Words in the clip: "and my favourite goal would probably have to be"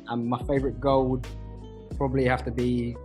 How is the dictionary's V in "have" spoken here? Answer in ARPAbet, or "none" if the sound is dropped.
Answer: F